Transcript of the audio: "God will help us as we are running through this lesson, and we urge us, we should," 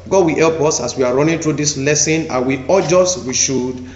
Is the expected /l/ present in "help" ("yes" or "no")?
yes